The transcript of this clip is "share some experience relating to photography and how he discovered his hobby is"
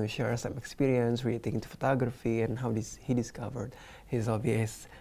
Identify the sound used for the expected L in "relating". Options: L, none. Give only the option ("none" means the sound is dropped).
none